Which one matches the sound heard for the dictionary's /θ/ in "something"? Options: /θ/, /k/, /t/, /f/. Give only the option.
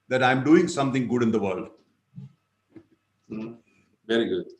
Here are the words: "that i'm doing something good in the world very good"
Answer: /t/